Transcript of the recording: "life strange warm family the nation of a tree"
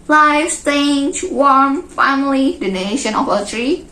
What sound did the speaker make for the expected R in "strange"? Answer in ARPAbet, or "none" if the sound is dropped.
none